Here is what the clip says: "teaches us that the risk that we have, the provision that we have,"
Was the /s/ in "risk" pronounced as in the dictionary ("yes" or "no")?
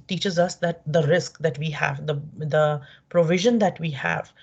yes